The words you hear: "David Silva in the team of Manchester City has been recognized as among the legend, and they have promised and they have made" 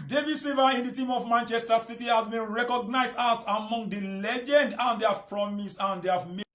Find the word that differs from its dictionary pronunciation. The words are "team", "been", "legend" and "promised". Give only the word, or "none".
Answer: promised